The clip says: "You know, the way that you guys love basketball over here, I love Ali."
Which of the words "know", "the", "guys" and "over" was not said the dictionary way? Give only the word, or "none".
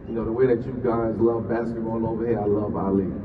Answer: none